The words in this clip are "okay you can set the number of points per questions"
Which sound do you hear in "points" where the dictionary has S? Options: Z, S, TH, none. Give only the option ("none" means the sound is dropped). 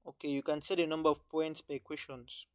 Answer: S